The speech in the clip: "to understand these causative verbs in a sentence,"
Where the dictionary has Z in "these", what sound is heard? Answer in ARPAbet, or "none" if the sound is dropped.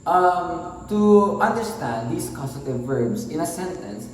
S